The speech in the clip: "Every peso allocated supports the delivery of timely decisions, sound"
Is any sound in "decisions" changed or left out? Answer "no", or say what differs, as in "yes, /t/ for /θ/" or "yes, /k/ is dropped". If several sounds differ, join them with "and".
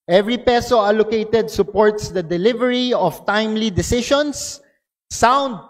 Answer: yes, /ʃ/ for /ʒ/